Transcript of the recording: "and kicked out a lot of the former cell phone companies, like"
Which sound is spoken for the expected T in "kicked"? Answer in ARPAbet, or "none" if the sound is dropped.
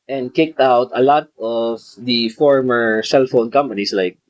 T